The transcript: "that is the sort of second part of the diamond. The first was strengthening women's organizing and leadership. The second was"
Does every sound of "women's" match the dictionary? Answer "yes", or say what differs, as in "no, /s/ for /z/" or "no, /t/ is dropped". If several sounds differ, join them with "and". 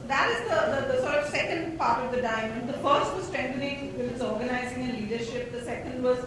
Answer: no, /n/ is dropped